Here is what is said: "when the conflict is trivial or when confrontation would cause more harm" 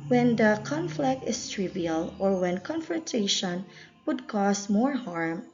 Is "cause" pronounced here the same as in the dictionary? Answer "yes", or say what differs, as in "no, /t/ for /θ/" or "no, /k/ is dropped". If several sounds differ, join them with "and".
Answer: no, /s/ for /z/